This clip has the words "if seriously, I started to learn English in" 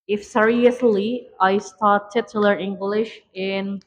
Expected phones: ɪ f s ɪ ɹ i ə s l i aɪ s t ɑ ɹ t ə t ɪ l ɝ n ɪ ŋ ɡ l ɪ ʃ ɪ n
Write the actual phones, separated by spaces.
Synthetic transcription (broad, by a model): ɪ f s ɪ ɹ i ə s l i aɪ s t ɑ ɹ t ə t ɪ l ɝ ɪ ŋ ɡ l ɪ ʃ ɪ n